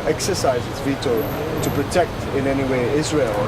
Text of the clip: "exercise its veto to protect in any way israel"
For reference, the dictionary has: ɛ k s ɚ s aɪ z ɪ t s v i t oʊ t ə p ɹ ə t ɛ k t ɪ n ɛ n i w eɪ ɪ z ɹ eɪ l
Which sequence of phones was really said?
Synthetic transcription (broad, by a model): ɛ k s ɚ s aɪ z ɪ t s v i t oʊ t ə p ɹ ə t ɛ k t ɪ n ɛ n i w eɪ ɪ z ɹ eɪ l